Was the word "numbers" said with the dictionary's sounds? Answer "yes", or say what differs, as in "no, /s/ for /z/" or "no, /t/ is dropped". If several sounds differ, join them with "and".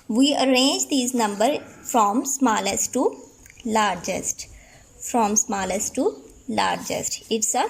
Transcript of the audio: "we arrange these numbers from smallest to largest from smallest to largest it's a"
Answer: no, /z/ is dropped